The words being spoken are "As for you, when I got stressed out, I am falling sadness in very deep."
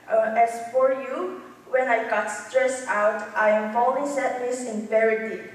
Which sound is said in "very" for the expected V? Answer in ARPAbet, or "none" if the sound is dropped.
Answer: P